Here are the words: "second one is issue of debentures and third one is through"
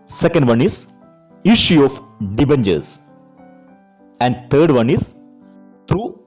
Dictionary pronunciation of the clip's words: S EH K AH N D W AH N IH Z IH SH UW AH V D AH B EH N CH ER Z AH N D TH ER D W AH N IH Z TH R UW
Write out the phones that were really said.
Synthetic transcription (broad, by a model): S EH K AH N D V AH N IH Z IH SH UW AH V D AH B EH N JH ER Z AH N D T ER D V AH N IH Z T R UW